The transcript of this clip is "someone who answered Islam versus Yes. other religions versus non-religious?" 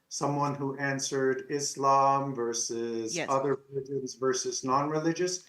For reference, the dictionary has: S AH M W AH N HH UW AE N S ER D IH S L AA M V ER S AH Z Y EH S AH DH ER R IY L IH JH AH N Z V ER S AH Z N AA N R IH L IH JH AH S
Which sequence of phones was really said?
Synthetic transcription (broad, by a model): S AH M W AH N HH UW AE N S ER D IH S L AA M V ER S AH Z AH DH ER R IY L IH JH AH N Z V ER S AH Z N AA N R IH L IH JH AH S